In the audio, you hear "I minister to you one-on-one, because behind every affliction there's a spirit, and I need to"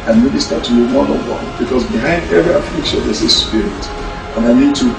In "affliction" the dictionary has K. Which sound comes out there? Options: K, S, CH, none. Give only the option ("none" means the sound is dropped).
K